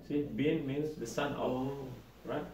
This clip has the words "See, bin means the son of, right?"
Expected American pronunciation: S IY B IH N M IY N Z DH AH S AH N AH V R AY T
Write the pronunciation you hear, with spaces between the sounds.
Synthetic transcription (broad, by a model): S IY B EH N M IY N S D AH S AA N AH W R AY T